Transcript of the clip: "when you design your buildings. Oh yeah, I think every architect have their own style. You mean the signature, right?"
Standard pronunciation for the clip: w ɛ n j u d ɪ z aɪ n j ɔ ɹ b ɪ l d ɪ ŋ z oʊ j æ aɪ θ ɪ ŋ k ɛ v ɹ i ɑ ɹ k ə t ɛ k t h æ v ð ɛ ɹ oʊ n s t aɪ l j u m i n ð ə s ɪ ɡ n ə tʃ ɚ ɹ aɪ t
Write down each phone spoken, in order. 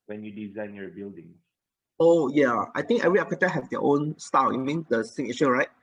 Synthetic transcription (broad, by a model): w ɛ n j u d ɪ z aɪ n j ɔ ɹ b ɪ l d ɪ ŋ oʊ j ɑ aɪ t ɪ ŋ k ɛ v ɹ i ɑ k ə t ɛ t h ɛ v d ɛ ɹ oʊ n s t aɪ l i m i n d ə s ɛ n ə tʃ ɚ ɹ aɪ t